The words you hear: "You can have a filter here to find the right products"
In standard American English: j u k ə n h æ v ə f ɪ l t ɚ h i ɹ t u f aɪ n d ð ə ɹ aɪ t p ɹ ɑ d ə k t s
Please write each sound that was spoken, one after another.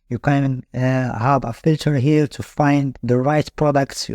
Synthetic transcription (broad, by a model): j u k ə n h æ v ə f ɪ l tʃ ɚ h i l t u f aɪ n d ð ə ɹ aɪ t p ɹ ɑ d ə k t s